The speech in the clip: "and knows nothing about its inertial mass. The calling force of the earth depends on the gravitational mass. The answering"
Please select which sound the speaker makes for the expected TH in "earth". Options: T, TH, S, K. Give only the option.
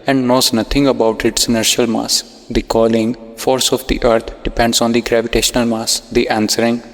T